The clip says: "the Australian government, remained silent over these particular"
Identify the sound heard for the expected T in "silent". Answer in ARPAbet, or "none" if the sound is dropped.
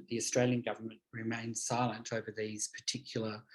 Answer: T